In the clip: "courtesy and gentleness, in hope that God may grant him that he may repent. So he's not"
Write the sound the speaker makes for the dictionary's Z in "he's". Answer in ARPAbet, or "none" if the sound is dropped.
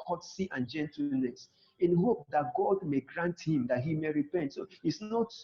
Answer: S